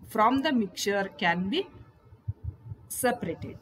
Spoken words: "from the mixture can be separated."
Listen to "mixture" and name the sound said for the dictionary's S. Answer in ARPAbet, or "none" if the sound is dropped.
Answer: none